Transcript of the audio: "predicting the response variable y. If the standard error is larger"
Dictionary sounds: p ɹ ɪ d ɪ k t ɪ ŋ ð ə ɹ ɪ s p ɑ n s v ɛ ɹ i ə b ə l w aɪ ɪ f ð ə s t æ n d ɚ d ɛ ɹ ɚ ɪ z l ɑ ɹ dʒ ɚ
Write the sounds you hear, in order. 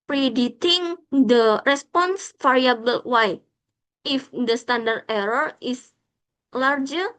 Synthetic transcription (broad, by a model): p ɹ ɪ d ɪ t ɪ ŋ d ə ɹ ɪ s p ɑ n s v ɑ ɹ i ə b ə l w aɪ ɪ f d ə s t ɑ n d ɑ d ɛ ɹ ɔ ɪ s l ɑ ɹ dʒ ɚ